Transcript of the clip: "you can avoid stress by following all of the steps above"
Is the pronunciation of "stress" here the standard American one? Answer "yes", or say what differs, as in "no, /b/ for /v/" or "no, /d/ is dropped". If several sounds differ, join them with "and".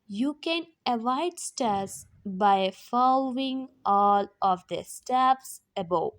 no, /ɹ/ is dropped